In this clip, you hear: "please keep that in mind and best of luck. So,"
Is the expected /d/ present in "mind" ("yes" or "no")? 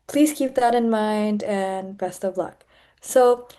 yes